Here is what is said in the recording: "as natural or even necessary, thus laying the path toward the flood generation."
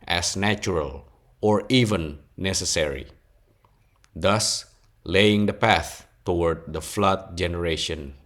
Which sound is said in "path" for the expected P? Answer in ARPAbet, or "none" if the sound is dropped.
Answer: P